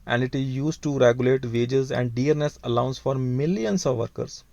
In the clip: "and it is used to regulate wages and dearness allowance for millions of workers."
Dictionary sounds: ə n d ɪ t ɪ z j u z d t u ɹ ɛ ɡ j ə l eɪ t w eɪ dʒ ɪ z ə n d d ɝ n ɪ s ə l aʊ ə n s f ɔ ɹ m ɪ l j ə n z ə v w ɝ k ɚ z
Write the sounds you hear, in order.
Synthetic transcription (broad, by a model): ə n d ɪ t ɪ z j u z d t u ɹ ɛ ɡ j ə l eɪ t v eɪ dʒ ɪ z ə n d d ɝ n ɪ s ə l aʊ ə n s f ɔ ɹ m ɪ l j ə n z ə v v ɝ k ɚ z